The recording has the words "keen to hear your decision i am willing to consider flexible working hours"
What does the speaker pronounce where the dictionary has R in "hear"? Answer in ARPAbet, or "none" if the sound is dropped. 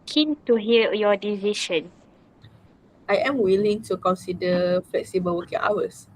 L